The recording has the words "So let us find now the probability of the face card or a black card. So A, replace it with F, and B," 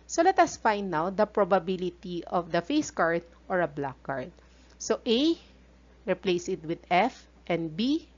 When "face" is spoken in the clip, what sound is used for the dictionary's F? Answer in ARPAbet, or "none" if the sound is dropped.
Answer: F